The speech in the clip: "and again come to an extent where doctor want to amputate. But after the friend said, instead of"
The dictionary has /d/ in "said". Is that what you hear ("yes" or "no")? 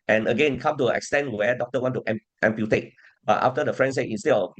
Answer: no